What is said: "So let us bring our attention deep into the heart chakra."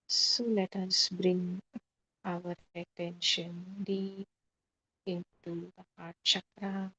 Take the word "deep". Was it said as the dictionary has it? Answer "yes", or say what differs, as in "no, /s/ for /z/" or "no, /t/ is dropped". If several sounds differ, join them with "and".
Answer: no, /p/ is dropped